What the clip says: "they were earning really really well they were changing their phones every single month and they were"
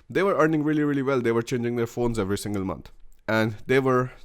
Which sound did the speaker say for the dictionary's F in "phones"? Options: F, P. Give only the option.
F